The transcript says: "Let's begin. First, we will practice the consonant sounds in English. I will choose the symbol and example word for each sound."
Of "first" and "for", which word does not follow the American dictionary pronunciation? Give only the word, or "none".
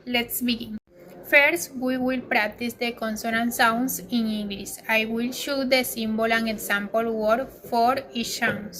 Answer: none